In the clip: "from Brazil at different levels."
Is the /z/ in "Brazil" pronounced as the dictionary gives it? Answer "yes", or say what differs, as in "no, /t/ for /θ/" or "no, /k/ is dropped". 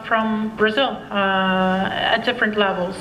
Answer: yes